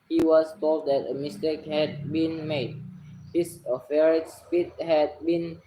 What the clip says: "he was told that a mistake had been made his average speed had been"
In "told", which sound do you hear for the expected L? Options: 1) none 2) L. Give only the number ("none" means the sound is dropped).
2